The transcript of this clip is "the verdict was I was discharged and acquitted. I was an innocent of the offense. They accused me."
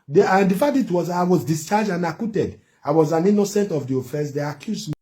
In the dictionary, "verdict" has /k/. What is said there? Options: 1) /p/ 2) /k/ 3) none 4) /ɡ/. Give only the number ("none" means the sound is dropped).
3